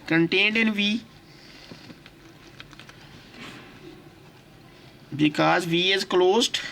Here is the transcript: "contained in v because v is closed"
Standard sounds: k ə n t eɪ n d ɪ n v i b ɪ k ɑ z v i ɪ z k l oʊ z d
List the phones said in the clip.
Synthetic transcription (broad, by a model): k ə n t eɪ n d ɪ n v i b ɪ k ɑ z v i ɪ z k l oʊ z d